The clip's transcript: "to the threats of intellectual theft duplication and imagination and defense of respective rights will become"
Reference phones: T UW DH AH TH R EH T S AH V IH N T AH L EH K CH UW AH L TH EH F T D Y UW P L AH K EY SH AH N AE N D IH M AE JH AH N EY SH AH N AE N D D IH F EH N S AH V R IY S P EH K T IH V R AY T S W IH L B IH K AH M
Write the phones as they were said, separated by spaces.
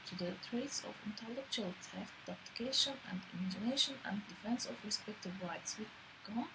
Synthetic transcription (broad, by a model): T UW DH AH T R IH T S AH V IH N T AH L EH K CH UW AH L T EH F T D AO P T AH K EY SH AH N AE N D IH M AE JH AH N EY SH AH N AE N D D IH F EH N S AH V R IY S P EH K T IH V R AY T S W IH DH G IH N